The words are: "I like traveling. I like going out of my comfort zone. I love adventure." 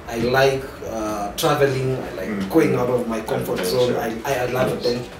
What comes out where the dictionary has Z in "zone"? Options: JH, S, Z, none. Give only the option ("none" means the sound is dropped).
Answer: S